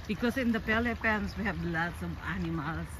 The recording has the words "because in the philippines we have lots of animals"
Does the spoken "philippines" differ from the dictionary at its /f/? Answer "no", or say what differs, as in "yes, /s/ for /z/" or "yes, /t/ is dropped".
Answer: yes, /p/ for /f/